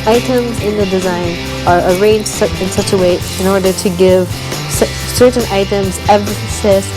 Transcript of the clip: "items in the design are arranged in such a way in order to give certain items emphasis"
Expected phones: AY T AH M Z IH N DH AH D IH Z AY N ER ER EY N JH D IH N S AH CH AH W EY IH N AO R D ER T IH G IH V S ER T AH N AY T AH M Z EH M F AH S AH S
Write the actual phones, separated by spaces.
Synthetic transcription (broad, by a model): AY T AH M Z IH N DH AH D IH Z AY N ER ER EY N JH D IH N S AH CH AH W EY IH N AO R D ER T IH G IH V S ER T N AY T AH M Z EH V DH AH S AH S